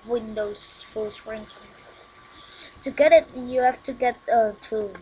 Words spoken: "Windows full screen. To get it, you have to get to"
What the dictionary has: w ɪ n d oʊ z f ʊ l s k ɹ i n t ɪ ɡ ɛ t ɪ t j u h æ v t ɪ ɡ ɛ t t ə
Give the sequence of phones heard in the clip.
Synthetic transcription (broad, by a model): w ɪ n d oʊ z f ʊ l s ɹ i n t ɪ ɡ ɛ t ɪ t j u h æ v t ɪ ɡ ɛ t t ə